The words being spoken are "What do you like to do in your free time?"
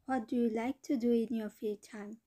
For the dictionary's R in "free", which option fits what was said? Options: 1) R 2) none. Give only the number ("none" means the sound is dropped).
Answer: 2